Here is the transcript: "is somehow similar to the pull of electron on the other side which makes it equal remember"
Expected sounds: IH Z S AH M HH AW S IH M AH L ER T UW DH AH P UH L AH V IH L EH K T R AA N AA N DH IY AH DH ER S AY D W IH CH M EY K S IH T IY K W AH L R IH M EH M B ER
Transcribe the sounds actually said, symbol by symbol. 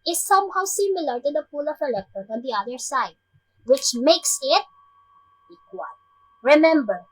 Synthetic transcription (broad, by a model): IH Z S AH M HH AW S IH M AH L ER T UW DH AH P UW L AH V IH L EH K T AA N AA N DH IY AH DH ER S AY D W IH CH M EY K S IH T IY K W AH L R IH M EH M B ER